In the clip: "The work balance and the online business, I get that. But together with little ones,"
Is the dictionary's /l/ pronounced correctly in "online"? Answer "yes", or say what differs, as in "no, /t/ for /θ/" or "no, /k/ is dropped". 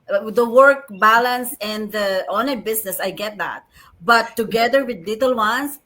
no, /l/ is dropped